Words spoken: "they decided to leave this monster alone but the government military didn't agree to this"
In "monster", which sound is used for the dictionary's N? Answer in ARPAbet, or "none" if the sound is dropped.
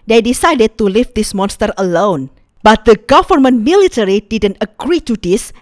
N